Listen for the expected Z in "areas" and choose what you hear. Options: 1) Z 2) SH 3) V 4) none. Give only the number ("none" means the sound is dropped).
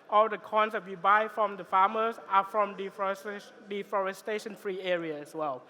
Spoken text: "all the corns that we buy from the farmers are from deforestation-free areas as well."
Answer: 4